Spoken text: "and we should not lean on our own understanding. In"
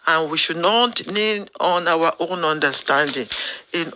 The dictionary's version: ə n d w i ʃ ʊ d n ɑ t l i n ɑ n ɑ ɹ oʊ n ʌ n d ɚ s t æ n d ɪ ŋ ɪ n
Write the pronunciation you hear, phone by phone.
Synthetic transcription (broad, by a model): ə n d w i ʃ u d n ɑ t n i n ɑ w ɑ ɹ oʊ n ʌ n d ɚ s t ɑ n d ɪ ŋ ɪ n